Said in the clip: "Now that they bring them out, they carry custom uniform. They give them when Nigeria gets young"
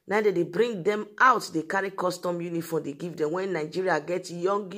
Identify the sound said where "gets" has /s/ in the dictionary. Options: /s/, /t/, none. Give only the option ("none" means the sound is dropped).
none